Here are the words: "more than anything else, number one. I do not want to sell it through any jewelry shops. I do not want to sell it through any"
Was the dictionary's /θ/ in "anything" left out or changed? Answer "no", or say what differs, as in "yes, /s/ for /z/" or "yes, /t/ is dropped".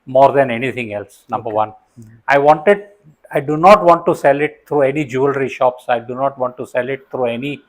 yes, /t/ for /θ/